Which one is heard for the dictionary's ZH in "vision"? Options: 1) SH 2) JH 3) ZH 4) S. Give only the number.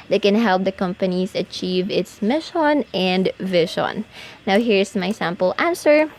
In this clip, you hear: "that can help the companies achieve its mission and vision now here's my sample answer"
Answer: 1